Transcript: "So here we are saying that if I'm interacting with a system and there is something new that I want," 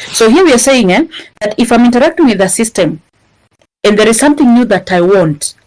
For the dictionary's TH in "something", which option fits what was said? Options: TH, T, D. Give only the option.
TH